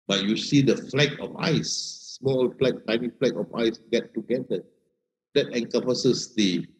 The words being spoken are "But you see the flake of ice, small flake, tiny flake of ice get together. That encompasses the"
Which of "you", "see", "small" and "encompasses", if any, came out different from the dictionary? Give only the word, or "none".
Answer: encompasses